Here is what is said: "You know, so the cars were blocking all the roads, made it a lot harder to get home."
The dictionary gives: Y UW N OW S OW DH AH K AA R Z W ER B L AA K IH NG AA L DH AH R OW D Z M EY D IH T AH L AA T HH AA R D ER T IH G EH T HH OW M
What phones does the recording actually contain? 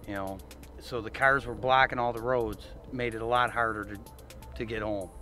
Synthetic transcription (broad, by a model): Y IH N OW S OW DH AH K AA R Z W ER B L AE K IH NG AA L DH AH R OW D Z M EY D IH T AH L AA T HH AA R D ER T IH G EH T HH OW M